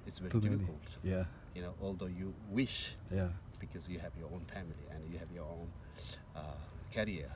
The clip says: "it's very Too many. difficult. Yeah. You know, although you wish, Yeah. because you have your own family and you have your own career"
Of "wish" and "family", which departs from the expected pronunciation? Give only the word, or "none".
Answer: none